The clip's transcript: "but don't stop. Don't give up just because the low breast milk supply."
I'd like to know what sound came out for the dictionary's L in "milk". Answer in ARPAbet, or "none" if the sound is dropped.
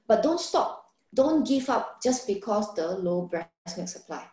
none